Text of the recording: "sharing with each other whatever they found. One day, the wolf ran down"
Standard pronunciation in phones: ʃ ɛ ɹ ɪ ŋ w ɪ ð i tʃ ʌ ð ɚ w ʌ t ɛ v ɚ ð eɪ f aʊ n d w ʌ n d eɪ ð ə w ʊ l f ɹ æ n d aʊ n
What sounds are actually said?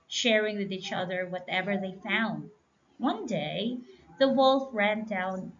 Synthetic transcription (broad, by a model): ʃ ɛ ɹ ɪ ŋ w ɪ ð i tʃ ʌ ð ɚ w ʌ t ɛ v ɚ ð eɪ f aʊ n d w ʌ n d eɪ ð ə w ʊ l f ɹ æ n d aʊ n